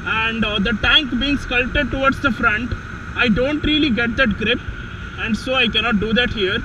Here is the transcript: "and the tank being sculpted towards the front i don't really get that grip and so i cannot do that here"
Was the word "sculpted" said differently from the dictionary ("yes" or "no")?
yes